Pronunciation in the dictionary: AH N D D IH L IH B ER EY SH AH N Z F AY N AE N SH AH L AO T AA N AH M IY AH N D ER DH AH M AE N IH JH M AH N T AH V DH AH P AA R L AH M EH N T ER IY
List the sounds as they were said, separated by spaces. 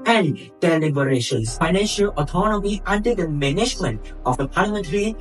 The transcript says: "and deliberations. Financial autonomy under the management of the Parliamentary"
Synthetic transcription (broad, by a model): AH N D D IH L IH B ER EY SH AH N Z F AY N AE N SH AH L AO T AA N AH M IY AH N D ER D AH M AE N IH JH M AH N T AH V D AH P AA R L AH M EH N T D IY